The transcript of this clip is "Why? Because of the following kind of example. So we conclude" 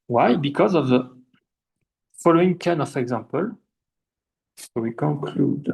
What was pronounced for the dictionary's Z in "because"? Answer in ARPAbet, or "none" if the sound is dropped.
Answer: Z